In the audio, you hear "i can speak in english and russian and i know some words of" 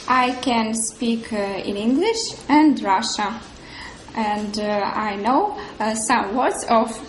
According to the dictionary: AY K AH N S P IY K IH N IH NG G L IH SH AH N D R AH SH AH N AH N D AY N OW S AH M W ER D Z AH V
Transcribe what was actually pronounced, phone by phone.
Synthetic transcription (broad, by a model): AY K AH N S P IY K IH N IH NG G L IH SH AH N D R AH SH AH AH N D AY N OW S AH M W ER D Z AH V